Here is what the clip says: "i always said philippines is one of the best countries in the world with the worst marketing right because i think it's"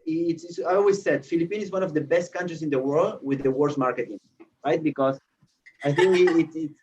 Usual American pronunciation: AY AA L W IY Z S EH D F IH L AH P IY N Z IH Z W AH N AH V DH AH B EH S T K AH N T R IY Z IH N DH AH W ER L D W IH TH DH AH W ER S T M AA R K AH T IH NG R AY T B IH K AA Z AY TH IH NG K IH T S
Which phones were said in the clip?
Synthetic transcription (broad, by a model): AY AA L W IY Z S EH D F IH L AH P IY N IH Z W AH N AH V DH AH B EH S T K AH N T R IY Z IH N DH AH W ER L D W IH DH AH W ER S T M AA R K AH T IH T R AY T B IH K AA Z AY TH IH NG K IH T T